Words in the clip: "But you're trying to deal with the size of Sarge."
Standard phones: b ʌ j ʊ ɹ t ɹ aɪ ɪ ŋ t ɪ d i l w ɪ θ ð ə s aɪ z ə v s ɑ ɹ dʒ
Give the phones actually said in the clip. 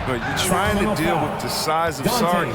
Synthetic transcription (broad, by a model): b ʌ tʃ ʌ ɹ t ɹ aɪ ɪ ŋ t ɪ d i l w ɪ ð ə s aɪ z ə v s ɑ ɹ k